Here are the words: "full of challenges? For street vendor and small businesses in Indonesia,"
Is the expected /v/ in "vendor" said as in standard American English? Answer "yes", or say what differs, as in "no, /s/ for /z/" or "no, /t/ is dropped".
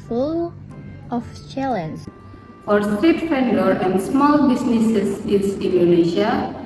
no, /f/ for /v/